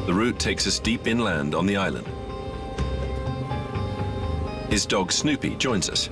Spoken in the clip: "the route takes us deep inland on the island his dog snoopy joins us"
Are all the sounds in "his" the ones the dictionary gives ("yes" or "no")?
yes